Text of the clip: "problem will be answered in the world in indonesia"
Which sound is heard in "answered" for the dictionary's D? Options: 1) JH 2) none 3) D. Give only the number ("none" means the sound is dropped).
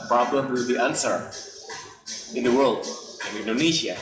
2